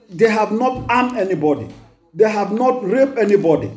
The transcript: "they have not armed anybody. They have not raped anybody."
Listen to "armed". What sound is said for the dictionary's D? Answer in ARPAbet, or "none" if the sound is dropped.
none